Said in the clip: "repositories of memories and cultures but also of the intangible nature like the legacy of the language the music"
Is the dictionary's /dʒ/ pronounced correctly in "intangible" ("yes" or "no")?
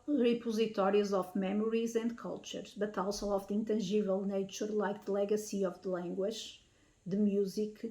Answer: no